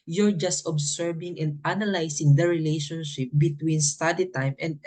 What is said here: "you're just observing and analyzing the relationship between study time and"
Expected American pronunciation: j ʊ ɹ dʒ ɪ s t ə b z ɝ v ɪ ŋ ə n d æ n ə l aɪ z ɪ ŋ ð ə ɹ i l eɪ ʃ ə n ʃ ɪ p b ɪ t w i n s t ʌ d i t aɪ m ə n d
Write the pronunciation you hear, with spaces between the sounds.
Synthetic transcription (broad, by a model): j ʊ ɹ dʒ ɪ s t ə b s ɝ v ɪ ŋ ə n d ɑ n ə l aɪ s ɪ ŋ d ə ɹ i l eɪ ʃ ə n ʃ ɪ p b ɪ t w i n s t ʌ d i t aɪ m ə n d